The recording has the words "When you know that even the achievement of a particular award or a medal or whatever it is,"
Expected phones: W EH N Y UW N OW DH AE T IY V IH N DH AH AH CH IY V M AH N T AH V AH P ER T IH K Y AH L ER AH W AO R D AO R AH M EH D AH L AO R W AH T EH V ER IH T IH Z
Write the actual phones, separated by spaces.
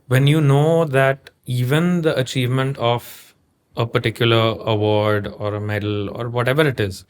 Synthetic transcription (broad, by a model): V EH N Y UW N OW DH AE T IY V IH N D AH AH CH IY V M AH N T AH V AH P ER T IH K Y AH L ER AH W AO R D AO R AH M EH D AH L AO R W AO T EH V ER IH T IH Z